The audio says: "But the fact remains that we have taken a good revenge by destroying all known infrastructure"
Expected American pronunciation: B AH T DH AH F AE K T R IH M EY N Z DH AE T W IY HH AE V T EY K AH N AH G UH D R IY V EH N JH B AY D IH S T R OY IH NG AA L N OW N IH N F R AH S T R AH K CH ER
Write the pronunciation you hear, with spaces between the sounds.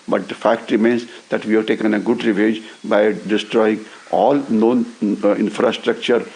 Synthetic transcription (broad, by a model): B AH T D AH F AE K T R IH M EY N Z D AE T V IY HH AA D T EY K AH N AH G UH D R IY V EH JH B AY D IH S T R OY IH NG AA L N OW N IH N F R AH S T R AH K CH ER